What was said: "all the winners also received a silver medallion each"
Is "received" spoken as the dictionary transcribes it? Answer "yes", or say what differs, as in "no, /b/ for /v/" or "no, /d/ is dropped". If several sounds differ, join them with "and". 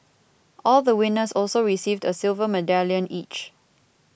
yes